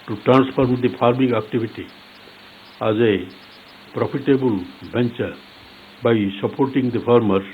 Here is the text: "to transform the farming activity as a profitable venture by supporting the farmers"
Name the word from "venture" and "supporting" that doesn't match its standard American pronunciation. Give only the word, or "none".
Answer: venture